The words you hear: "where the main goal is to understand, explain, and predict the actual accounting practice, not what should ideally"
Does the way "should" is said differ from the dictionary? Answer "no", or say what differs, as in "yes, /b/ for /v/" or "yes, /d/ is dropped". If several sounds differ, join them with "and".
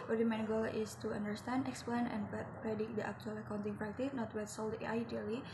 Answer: yes, /s/ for /ʃ/